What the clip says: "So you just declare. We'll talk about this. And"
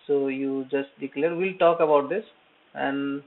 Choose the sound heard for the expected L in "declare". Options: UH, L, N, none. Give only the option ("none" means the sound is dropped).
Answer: L